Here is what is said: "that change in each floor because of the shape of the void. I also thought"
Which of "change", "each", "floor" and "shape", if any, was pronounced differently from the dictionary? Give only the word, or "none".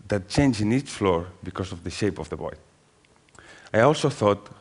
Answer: none